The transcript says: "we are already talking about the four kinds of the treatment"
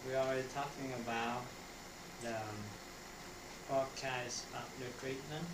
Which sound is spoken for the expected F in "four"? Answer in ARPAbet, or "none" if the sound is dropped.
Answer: P